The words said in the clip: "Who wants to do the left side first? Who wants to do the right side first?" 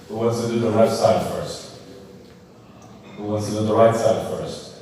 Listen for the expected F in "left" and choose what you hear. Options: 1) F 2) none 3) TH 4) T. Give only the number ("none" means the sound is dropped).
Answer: 2